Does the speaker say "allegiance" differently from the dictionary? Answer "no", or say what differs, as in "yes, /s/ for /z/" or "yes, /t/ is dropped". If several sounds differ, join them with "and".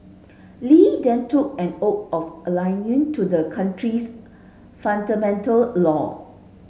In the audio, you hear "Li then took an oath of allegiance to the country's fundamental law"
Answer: yes, /s/ is dropped